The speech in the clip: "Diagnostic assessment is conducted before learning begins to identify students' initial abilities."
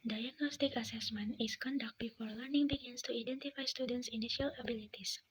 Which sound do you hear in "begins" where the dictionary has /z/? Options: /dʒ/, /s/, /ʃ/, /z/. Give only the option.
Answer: /s/